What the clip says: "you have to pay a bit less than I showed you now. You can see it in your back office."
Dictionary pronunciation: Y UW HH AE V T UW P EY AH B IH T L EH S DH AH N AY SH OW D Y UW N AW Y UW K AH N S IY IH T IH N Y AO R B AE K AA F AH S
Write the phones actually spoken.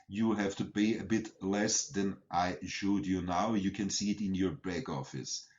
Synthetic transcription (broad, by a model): Y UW HH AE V T UW B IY AH B IH T L EH S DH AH N AY SH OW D Y UW N AW Y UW K AH N S IY IH T IH N Y AO R B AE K AA F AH S